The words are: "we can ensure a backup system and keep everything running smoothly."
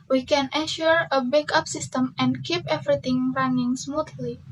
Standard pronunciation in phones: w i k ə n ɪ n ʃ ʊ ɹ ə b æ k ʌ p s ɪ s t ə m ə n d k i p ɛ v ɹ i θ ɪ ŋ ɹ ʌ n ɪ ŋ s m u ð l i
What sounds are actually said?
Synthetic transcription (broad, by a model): w i k ə n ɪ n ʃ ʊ ɹ ə b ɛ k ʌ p s ɪ s t ə m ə n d k i p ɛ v ɹ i t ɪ ŋ ɹ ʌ n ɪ ŋ s m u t l i